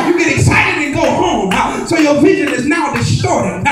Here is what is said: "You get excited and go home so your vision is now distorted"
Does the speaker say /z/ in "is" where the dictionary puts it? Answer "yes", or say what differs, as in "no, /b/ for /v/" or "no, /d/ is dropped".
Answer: yes